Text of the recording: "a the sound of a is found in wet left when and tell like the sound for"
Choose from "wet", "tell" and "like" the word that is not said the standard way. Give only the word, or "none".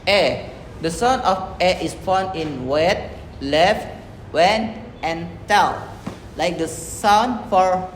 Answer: tell